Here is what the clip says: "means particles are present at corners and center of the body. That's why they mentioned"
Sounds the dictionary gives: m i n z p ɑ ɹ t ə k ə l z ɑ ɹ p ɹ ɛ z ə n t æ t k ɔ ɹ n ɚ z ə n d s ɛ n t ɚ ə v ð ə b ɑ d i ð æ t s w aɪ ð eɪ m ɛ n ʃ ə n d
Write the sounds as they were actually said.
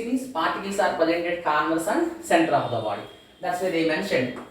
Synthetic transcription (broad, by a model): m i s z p ɑ ɹ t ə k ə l s ɑ ɹ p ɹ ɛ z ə n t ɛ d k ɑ ɹ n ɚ s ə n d s ɛ n t ɚ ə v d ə b ɑ d i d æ t s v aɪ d eɪ m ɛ n ʃ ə n d